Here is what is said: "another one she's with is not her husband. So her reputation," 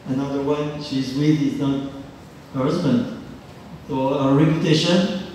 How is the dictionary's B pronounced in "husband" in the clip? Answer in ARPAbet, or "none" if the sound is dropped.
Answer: B